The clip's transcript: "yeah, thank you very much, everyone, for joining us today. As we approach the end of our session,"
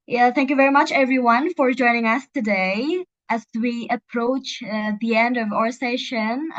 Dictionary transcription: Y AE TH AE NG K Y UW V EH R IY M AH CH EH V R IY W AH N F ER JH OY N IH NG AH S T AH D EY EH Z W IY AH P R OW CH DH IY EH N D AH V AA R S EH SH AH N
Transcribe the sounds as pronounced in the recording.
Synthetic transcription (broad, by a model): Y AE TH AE NG K Y UW V EH R IY M AH CH EH V R IY W AH N F ER JH OY N IH NG AH S T AH D EY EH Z W IY AH P R OW CH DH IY EH N D AH V AA R S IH SH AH N